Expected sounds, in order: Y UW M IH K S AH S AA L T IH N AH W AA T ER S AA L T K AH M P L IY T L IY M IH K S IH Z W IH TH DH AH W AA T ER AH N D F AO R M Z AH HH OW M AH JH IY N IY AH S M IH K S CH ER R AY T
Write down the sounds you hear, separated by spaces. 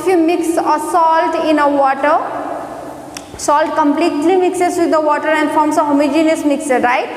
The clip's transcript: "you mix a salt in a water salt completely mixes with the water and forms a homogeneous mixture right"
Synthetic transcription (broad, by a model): Y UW M IH K S AH S AA L T IH N AH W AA T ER S AA L T K AH M P L IY T L IY M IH K S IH S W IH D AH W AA T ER AH N D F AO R M S AH HH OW M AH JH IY N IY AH S M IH K S ER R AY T